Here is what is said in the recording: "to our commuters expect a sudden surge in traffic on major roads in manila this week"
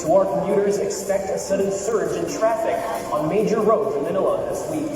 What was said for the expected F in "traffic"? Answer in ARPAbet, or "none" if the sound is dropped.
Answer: F